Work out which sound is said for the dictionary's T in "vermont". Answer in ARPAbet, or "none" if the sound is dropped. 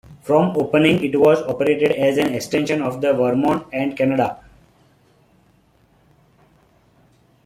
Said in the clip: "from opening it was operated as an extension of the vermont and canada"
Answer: none